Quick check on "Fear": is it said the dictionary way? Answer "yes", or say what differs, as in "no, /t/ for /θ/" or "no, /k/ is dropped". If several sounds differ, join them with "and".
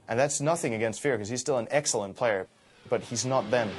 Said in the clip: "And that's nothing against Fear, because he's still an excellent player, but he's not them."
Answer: yes